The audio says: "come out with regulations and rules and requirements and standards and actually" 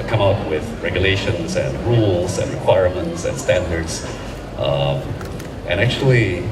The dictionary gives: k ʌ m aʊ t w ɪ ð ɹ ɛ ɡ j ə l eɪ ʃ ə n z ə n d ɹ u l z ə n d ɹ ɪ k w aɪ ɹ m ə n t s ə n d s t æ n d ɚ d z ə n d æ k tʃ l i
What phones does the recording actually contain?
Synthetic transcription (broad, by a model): k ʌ m aʊ t w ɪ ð ɹ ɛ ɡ j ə l eɪ ʃ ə n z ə n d ɹ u l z ə n d ɹ ɪ k w aɪ ɹ m ə n t s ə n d s t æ n d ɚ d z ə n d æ k tʃ l i